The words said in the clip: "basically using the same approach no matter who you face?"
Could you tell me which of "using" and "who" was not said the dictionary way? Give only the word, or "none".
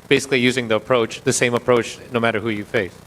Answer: none